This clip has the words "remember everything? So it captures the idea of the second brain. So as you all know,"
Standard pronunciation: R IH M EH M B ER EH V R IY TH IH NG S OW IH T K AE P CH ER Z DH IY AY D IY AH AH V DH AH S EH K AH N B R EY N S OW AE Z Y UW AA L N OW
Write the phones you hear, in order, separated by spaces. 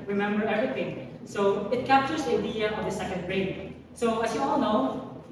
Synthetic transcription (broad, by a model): R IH M EH M B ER EH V R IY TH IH NG S OW IH T K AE P CH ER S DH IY AY D IY AH AH V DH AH S EH K AH N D R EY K S OW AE S Y UW AA L N OW